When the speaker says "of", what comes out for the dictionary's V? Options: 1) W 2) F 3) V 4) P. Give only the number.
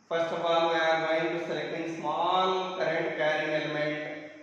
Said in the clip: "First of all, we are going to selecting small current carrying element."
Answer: 4